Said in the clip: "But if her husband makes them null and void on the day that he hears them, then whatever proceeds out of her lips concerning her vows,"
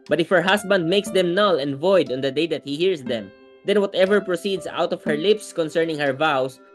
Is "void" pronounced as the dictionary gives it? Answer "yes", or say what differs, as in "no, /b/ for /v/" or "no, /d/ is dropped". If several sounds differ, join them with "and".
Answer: yes